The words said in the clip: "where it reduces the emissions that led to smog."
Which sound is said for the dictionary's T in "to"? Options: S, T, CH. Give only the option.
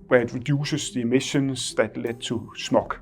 S